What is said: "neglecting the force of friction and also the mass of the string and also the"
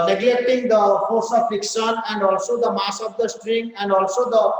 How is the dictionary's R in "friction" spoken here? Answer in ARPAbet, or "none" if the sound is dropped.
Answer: none